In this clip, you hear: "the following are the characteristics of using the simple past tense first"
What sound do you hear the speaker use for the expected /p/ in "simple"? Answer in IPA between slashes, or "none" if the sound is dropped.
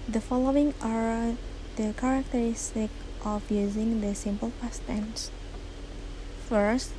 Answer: /p/